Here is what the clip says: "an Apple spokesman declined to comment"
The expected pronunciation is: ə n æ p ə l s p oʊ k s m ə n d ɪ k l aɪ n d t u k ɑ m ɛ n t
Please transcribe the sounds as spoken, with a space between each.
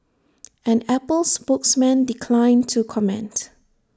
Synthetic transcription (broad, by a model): ə n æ p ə l s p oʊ k s m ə n d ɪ k l aɪ n t u k ɑ m ɛ n t